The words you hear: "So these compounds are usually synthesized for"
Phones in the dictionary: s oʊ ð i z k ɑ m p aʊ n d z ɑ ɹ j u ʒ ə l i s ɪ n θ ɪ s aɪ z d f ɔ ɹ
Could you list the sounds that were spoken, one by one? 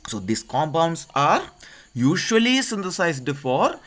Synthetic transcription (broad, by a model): s oʊ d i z k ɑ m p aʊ n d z ɑ ɹ j u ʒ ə l i s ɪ n t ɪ s aɪ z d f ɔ ɹ